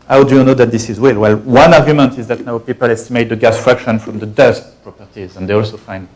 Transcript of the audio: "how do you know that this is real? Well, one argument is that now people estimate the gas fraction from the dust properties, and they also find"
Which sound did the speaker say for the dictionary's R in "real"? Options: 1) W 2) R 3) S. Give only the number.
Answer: 1